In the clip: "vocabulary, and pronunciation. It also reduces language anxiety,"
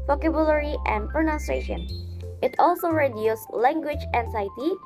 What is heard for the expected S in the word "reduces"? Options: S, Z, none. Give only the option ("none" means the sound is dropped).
none